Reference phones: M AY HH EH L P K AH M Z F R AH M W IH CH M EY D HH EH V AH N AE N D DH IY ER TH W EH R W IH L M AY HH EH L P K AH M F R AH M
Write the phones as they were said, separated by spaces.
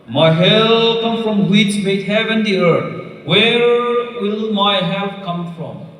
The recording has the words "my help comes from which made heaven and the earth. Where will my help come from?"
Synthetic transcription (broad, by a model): M AY HH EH L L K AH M F R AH M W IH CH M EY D HH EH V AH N N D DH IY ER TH W EH R W IH L M AY HH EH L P K AH M F R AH M